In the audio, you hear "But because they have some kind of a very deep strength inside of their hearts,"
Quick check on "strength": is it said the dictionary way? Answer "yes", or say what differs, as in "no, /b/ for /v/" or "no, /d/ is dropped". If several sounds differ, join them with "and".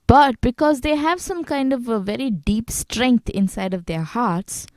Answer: no, /t/ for /θ/